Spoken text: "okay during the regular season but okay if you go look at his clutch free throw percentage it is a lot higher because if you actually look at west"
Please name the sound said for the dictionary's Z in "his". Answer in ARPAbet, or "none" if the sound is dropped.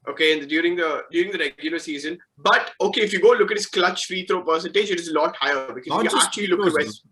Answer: S